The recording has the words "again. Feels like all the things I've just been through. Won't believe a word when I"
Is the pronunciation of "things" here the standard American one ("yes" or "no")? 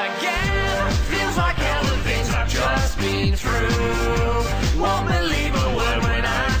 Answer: no